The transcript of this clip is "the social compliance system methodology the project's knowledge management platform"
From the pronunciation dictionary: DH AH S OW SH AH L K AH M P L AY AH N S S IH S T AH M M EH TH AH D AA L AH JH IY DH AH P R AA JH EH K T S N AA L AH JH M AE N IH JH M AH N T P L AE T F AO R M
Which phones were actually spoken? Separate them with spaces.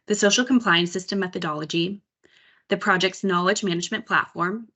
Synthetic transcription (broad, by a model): DH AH S OW SH L K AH M P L AY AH N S S IH S T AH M M EH TH AH D AA L AH JH IY DH AH P R AA JH EH K T S N AA L AH JH M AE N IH JH M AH N P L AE T F AO R M